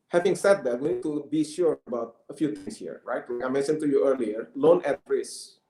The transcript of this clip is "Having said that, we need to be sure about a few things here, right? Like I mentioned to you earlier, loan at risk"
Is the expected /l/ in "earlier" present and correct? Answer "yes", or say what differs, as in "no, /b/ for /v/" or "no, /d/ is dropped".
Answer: yes